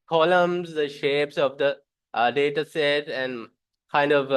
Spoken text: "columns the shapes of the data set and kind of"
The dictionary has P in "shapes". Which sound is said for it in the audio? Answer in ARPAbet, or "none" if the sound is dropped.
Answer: P